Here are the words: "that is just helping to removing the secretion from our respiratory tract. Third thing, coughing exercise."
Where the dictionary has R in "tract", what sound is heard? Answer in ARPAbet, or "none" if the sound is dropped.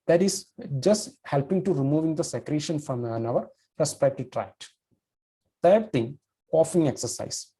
R